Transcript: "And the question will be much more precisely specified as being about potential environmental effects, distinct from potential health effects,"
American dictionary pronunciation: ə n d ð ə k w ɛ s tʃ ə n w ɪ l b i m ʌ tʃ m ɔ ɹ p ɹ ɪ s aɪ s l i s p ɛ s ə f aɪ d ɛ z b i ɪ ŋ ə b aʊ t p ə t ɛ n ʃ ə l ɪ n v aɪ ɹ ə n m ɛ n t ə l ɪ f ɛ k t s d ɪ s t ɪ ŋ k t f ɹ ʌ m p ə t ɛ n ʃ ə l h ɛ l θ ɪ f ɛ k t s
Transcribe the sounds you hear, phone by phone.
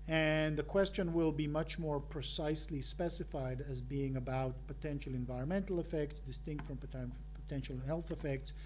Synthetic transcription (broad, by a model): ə n ð ə k w ɛ s tʃ ə n w ɪ l b i m ʌ tʃ m ɔ ɹ p ɹ ɪ s aɪ s l i s p ɛ s ə f aɪ d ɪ z b i ɪ ŋ ə b aʊ t p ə t ɛ n ʃ l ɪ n v aɪ ɹ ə n m ɛ n t l ɪ f ɛ k t s d ɪ s t ɪ ŋ k t f ɹ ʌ m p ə t ɛ n ʃ l h ɛ l θ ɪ f ɛ k t s